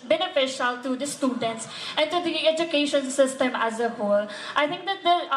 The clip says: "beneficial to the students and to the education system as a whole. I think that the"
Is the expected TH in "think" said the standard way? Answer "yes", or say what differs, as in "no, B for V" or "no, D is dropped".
no, T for TH